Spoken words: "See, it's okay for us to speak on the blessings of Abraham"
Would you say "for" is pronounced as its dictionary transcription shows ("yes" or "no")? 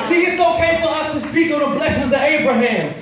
no